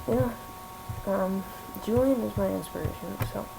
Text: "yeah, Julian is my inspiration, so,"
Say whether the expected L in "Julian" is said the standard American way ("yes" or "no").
no